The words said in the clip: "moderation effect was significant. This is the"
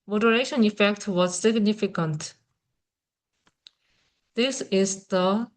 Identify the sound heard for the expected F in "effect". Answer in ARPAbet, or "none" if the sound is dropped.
F